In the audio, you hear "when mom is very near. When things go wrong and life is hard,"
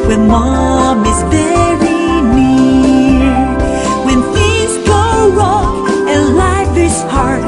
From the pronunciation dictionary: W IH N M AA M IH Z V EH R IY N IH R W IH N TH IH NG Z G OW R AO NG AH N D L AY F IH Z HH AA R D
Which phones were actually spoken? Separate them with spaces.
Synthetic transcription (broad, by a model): W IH N M AA M IH Z B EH R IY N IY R W IH N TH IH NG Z G OW R AO NG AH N L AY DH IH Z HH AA R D